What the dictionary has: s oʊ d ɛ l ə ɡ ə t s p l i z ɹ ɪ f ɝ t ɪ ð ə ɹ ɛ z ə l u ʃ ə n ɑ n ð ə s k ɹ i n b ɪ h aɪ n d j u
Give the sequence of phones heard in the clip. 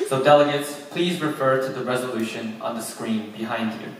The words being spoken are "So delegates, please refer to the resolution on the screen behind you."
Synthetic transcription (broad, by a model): s oʊ d ɛ l ə ɡ ə t s p l i z ɹ ɪ f ɝ t ɪ ð ə ɹ ɛ z ə l u ʃ ə n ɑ n ð ə s k ɹ i n b ɪ h aɪ n d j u